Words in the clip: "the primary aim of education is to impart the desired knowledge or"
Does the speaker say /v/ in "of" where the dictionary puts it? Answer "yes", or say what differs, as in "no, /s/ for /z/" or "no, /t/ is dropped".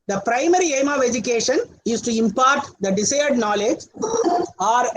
yes